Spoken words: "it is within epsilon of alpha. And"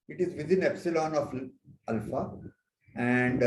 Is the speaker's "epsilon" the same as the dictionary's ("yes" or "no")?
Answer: yes